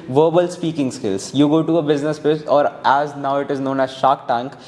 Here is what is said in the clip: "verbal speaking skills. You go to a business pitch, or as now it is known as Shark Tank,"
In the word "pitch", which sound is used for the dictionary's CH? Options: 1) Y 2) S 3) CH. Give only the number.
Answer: 2